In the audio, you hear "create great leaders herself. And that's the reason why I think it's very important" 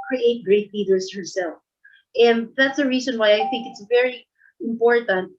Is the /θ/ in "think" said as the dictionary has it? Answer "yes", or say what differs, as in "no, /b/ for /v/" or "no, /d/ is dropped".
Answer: yes